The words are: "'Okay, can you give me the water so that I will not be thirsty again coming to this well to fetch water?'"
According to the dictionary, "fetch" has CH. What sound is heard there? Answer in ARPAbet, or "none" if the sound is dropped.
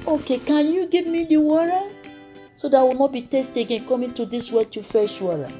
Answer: SH